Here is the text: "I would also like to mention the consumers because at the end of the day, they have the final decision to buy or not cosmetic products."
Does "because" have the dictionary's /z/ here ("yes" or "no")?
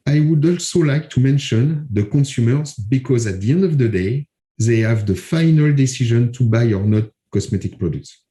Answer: yes